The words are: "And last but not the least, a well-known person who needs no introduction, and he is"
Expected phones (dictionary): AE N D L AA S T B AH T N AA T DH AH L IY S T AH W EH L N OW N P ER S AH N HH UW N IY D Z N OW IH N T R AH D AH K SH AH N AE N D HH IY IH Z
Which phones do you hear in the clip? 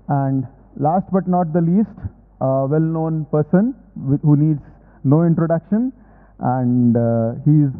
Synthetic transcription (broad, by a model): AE N D L AA S T B AH T N AA T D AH L IY S T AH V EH L N OW N P ER S AH N HH UW N IY D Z N OW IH N T R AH D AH K SH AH N AE N D HH IY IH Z